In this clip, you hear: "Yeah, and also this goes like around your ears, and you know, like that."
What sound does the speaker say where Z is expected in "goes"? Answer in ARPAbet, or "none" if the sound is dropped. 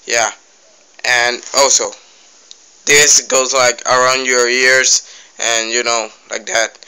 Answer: Z